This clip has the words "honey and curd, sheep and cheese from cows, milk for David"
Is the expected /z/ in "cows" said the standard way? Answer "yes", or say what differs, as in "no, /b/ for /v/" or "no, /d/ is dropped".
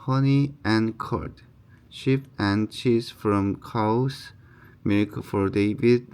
no, /s/ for /z/